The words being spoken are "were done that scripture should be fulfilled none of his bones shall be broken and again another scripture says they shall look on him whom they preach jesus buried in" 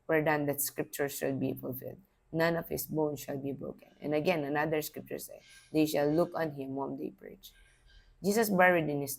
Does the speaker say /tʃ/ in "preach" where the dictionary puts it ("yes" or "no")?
yes